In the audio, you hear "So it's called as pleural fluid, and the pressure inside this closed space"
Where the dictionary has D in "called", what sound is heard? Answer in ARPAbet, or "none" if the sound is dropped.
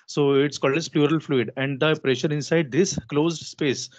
D